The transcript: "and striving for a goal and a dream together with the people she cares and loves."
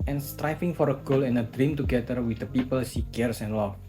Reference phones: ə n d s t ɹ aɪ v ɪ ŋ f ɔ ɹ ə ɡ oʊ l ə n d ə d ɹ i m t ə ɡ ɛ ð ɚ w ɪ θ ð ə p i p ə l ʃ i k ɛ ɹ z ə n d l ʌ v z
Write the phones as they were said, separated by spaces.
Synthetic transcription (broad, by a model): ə n s t ɹ aɪ f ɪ ŋ f ɔ ɹ ə ɡ oʊ l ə n ə d ɹ i m t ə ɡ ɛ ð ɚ w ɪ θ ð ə p i p ə l s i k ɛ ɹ s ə n l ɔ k